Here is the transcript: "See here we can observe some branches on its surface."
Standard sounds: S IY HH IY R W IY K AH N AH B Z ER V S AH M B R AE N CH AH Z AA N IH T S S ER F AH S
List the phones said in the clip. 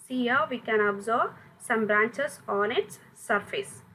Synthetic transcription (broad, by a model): S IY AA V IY K AH N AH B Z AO B S AH M B R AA N CH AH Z AA N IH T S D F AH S